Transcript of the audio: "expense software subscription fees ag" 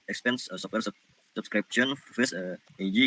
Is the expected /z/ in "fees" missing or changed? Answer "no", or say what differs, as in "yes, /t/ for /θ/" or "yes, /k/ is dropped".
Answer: yes, /s/ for /z/